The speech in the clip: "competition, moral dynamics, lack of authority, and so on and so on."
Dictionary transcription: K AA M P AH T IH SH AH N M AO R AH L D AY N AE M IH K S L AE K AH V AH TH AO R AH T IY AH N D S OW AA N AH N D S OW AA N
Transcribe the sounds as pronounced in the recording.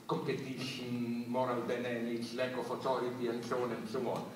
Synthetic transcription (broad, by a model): K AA M P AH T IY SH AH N M AO R AH L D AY N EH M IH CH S L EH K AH F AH T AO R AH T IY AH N S OW AA N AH N S OW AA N